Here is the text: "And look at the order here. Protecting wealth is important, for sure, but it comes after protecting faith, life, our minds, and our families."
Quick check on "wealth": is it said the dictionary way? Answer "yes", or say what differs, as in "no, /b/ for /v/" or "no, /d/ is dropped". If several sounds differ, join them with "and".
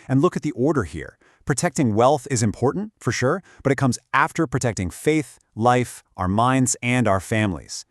yes